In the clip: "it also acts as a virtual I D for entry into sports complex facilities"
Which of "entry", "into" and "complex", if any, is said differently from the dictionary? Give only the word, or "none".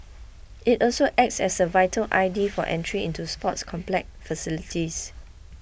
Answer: complex